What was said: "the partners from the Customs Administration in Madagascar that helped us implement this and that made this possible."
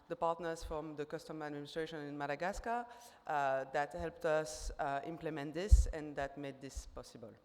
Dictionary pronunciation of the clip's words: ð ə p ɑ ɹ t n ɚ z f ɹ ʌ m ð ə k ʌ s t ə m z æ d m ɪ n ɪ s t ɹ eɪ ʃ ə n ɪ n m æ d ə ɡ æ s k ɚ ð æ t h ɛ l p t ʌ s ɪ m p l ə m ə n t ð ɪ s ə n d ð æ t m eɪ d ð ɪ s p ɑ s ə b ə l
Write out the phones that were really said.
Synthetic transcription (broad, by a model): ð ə p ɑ ɹ t n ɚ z f ɹ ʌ m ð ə k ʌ s t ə m æ d m ɪ n ɪ s t ɹ eɪ ʃ ə n ɪ n m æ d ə ɡ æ s k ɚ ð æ t h ɛ l p t ʌ s ɪ m p l ə m ə n t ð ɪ s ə n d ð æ t m eɪ d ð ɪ s p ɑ s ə b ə l